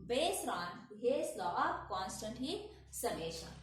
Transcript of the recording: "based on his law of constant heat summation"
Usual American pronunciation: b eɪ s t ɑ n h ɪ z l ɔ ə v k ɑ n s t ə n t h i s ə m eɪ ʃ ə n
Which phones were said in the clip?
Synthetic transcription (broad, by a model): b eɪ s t ɑ n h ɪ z l ɔ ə p k ɑ n s t ə n t h i s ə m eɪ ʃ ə